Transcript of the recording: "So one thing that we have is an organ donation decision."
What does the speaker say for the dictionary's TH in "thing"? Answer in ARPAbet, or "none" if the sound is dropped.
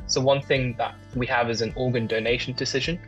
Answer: TH